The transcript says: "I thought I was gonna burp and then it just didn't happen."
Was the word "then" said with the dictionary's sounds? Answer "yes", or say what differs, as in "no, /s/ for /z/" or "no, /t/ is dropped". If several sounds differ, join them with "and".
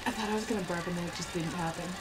no, /n/ is dropped